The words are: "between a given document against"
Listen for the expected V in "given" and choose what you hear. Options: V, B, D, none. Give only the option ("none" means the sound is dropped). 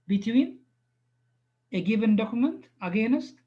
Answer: B